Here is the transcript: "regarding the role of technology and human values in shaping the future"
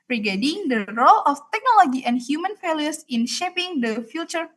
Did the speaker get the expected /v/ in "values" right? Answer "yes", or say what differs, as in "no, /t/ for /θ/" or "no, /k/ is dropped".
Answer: no, /f/ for /v/